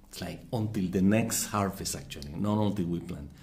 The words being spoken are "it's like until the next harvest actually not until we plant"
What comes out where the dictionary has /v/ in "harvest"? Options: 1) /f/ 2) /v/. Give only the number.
1